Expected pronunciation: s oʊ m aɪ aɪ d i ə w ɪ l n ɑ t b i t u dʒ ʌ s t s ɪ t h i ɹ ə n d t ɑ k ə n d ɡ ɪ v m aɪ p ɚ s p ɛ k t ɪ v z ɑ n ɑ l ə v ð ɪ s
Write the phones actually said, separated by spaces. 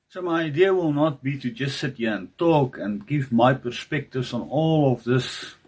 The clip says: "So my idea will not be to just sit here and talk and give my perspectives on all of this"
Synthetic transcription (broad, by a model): s oʊ m aɪ aɪ d i ə w ɪ l n ɑ t b i t u dʒ ʌ s t s ɪ t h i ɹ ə n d t ɑ k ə n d ɡ ɪ v m aɪ p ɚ s p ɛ k t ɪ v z ɑ n ɑ l ə v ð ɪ s